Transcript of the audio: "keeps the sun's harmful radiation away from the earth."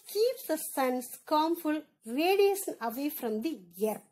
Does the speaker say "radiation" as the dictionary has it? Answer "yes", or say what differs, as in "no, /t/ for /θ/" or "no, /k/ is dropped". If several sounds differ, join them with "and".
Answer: no, /s/ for /ʃ/